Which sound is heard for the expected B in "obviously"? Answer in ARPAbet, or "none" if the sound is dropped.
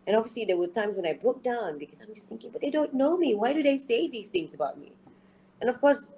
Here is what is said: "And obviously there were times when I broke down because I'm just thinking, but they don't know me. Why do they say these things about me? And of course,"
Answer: none